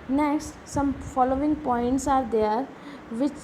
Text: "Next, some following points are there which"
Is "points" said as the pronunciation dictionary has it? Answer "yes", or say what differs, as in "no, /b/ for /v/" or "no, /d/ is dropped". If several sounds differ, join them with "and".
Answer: yes